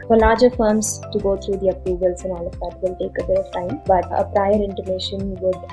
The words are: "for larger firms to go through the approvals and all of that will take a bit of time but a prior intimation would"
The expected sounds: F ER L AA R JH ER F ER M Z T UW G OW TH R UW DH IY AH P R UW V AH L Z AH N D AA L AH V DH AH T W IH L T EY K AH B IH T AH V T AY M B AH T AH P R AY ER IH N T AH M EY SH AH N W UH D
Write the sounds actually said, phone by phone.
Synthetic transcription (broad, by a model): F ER L AA R JH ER F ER M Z T UW G OW T R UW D IY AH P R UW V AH L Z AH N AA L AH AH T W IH L T EY K AH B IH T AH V T AY M B AH T AH P R AY ER IH N T AH M EY SH AH N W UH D